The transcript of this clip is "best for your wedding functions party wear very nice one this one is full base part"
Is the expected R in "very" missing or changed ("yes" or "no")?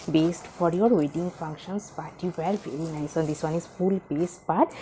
no